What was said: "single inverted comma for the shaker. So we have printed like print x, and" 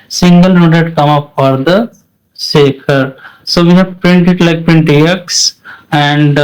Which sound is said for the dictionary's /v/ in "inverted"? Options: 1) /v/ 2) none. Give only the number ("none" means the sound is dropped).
2